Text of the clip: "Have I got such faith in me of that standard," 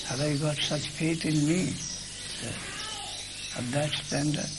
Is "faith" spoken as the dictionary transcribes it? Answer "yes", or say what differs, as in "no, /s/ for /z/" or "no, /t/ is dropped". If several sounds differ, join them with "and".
no, /t/ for /θ/